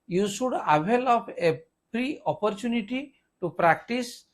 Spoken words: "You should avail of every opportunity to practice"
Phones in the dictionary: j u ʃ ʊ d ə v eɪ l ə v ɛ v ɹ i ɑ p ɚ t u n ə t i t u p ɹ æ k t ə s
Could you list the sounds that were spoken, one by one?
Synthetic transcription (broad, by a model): j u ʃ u d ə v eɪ l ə p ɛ p ɹ i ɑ p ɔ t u n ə t i t u p ɹ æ k t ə s